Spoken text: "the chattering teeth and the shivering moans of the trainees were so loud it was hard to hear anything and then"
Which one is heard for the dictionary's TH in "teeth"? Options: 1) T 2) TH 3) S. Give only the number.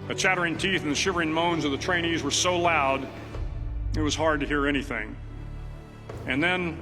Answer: 2